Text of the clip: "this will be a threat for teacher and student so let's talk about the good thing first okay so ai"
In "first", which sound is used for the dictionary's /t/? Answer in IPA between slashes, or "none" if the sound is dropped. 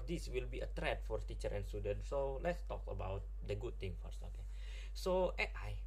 none